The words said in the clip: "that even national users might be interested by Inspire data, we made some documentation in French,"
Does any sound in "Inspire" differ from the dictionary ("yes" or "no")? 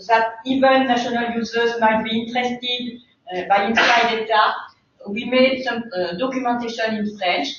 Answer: yes